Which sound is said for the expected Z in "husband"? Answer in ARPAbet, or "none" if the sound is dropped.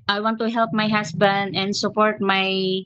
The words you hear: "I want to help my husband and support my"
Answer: S